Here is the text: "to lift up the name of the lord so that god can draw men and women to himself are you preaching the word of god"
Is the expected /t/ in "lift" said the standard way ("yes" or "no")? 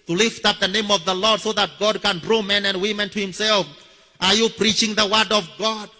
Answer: yes